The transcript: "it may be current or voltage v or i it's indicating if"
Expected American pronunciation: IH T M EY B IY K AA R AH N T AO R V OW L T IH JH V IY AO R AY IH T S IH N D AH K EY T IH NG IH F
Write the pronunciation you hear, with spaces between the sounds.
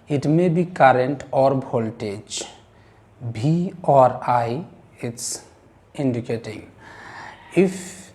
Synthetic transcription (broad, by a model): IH T M EY B IY K AA R AH N T AO R B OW L T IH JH B IY AO R AY IH T S IH N D AH K EY T IH NG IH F